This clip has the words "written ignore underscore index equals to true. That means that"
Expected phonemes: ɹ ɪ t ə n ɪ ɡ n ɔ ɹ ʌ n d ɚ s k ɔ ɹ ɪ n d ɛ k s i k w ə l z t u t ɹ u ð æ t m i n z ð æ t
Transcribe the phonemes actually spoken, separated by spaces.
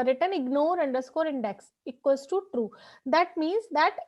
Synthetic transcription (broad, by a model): ɹ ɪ t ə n ɪ ɡ n ɔ ɹ ʌ n d ɚ s k ɔ ɹ ɪ n d ɛ k s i k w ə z t u t ɹ u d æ t m i n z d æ t